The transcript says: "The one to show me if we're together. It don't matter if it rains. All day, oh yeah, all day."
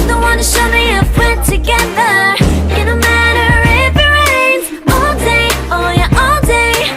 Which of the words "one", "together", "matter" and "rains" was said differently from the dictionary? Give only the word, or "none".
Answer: rains